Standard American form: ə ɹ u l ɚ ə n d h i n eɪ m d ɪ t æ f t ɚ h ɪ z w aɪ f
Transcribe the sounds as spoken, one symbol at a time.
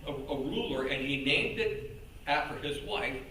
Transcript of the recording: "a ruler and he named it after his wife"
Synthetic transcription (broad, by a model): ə ɹ u l ɚ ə n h i n eɪ m d ɪ t æ f t ɚ ɪ z w aɪ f